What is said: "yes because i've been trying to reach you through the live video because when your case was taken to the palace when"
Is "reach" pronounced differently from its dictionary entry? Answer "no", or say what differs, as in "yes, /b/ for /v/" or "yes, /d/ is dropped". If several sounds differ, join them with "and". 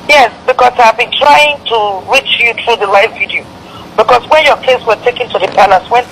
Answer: no